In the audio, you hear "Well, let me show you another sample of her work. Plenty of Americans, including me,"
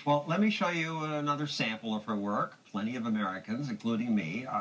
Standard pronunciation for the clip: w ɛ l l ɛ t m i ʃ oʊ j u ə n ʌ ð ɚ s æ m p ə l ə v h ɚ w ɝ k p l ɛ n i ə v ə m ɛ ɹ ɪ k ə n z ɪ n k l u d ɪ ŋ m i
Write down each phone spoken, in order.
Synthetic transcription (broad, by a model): w ɛ l l ɛ t m i ʃ oʊ j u ə n ʌ ð ɚ s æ m p l ə v h ɚ w ɝ k p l ɛ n i ə v ə m ɛ ɹ ɪ k ə n z ɪ n k l u d ɪ ŋ m i